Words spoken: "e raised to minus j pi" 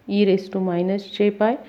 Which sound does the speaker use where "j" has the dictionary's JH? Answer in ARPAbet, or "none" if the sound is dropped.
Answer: CH